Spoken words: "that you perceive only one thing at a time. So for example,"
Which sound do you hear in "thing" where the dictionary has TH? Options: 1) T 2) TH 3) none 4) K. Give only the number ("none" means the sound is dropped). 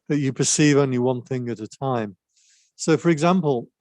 2